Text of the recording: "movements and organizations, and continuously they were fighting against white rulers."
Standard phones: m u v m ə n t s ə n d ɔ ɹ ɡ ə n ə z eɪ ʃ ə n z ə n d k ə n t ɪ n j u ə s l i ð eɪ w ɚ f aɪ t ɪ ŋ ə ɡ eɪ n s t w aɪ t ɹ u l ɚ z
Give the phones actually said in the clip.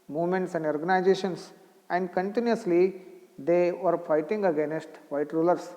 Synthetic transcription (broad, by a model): m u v m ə n t s ə n d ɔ ɹ ɡ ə n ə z eɪ ʃ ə n s ə n d k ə n t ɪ n j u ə s l i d eɪ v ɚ f aɪ t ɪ ŋ ə ɡ eɪ n s t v aɪ t ɹ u l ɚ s